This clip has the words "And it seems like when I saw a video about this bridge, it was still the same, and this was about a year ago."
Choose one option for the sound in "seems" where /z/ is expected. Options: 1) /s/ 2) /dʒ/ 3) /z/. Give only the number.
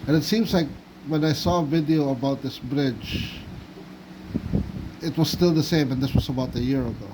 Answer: 3